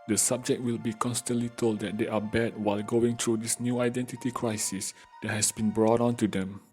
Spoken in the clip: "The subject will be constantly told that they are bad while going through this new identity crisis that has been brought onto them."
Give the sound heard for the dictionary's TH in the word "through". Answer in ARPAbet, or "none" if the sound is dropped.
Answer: T